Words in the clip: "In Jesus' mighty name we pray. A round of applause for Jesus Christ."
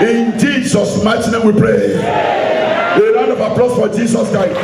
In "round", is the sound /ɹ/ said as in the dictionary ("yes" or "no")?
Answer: no